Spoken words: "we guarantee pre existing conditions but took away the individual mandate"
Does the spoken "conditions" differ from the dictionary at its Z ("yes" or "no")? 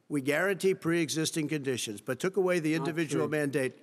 no